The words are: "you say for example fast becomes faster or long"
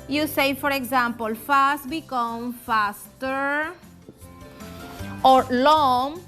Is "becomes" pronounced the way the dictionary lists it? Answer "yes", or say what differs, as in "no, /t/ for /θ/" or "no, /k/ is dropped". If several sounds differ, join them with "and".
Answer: no, /z/ is dropped